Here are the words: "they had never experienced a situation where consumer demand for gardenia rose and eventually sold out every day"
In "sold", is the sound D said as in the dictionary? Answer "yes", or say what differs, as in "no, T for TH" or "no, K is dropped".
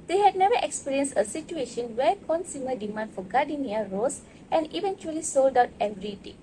yes